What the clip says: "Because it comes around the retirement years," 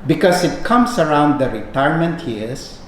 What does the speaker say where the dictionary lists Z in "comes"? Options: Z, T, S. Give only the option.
S